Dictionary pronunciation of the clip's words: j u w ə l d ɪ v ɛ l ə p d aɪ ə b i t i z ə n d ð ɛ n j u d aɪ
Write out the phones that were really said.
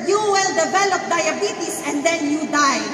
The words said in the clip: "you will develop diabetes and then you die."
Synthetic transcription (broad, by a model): j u w ə l d ɪ v ɛ l ə p d aɪ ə b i t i s ə n d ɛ n j u d aɪ